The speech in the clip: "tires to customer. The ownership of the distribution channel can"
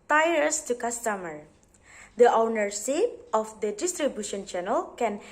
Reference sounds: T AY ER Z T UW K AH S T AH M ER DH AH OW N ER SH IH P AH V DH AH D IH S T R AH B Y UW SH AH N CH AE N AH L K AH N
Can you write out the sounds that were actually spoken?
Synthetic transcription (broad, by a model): T AY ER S T UW K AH S T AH M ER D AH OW N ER S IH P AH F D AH D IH S T R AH B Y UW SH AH N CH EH N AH L K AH N